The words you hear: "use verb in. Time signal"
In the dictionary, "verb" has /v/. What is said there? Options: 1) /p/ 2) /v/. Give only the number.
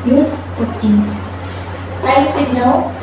1